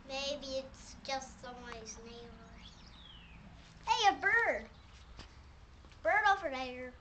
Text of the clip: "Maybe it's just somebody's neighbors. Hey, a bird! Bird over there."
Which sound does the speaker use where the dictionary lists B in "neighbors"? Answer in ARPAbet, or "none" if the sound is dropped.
none